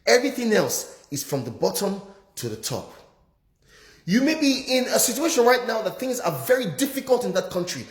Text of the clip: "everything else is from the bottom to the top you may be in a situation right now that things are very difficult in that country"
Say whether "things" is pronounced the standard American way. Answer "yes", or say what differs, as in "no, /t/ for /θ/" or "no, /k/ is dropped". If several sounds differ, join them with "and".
yes